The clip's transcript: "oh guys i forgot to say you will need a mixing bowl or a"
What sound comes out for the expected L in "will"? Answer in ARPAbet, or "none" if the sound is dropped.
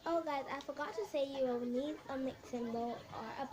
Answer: W